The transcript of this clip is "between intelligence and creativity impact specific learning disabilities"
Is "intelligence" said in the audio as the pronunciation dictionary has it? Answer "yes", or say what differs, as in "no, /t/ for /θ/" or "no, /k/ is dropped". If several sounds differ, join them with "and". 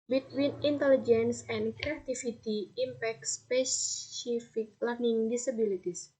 yes